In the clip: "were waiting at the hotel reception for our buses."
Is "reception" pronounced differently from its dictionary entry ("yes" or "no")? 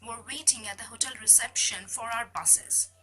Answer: no